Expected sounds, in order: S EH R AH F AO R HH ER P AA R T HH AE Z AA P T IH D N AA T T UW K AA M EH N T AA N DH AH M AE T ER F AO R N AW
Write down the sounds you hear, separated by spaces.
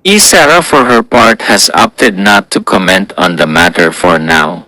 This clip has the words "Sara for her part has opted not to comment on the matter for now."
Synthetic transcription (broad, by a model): S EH R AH F AO R HH ER P AA R T HH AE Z AA P T IH D N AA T T UW K AA M EH N T AA N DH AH M AE T ER F AO R N AW